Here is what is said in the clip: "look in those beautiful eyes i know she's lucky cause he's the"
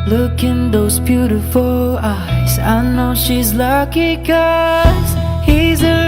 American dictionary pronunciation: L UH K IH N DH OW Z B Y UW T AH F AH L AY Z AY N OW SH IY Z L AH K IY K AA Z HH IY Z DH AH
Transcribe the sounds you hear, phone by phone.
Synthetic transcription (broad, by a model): L UH K IH N DH OW Z B Y UW T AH F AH L AY Z AY N OW SH IY Z L AH K IY K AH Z HH IY Z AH